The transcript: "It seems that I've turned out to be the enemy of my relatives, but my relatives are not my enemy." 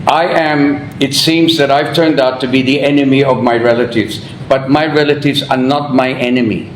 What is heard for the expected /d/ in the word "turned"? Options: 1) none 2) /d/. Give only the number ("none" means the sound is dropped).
2